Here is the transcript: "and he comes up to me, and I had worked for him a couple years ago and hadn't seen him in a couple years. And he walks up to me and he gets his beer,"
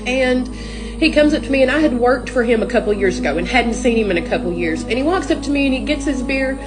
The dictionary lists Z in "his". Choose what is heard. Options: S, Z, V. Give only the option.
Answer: Z